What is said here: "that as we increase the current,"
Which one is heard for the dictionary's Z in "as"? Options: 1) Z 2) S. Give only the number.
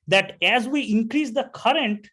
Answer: 1